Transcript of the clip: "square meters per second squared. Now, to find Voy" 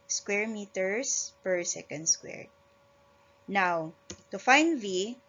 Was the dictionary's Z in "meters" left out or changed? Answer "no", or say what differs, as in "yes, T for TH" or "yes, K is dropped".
yes, S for Z